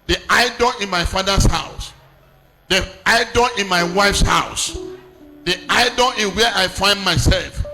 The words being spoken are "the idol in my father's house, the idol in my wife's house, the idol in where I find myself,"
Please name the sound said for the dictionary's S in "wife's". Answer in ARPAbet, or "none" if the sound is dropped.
S